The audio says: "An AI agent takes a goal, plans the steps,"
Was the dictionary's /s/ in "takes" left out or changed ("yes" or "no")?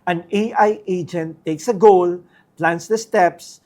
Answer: no